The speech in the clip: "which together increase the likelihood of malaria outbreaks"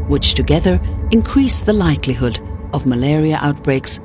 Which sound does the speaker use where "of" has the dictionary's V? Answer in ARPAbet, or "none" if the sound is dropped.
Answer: V